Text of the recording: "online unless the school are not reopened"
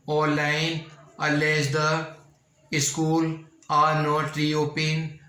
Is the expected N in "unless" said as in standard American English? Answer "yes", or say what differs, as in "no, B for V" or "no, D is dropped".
no, N is dropped